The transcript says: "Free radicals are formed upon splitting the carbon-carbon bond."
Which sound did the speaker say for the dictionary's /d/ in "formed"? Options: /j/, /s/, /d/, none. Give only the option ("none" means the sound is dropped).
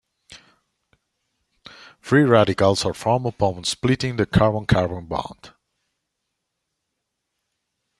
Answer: none